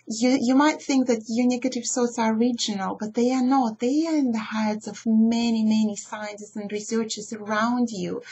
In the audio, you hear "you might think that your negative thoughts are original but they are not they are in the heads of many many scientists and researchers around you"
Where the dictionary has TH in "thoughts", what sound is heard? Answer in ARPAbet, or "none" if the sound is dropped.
S